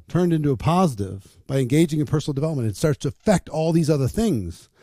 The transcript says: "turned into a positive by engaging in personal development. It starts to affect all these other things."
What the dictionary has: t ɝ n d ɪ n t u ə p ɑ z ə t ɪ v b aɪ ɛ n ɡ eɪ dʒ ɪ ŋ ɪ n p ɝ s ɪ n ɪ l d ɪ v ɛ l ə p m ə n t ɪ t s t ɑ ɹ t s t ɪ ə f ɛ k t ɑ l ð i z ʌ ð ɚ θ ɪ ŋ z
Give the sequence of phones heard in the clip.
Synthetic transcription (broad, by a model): t ɝ n d ɪ n t u ə p ɑ z ə t ɪ v b aɪ ɛ n ɡ eɪ dʒ ɪ ŋ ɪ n p ɝ s n l d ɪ v ɛ l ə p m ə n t ɪ t s t ɑ ɹ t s t ɪ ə f ɛ k t ɑ l ð i z ʌ ð ɚ θ ɪ ŋ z